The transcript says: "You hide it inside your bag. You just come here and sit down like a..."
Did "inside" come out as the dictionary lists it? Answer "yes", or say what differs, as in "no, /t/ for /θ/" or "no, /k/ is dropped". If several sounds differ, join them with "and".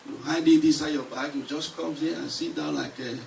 no, /n/ is dropped